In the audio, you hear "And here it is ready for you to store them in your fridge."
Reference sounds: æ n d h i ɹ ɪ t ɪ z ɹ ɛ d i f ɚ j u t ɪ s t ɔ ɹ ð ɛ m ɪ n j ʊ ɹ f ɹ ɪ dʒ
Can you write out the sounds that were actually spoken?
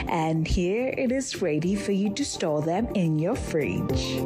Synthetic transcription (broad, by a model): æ n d h i ɹ ɪ t ɪ z ɹ ɛ d i f ɚ j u t ɪ s t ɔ l ð ɛ m ɪ n j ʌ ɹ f ɹ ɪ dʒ